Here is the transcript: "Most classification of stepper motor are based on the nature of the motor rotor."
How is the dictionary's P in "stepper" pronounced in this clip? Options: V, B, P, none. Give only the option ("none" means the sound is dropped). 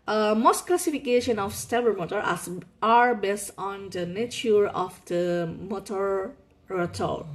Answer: B